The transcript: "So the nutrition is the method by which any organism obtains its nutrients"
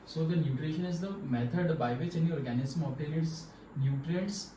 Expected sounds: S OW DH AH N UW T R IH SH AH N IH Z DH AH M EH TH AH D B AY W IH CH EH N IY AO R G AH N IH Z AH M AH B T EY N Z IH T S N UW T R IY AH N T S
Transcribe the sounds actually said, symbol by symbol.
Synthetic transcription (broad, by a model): S OW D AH N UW T R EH SH AH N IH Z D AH M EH T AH D B AY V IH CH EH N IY AO R G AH N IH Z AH M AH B T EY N IH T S N UW T R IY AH N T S